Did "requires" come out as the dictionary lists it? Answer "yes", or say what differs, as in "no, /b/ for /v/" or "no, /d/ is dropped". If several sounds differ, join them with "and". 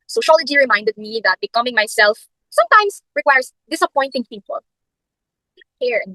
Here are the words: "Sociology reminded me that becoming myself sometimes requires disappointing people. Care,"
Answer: no, /s/ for /z/